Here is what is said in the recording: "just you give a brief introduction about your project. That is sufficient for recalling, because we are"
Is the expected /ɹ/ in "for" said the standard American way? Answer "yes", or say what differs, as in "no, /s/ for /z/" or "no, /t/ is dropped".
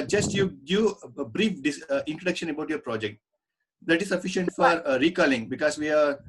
yes